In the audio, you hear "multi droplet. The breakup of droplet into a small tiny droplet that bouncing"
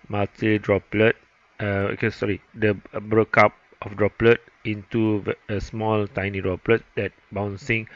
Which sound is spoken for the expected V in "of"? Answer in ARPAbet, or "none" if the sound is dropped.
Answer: F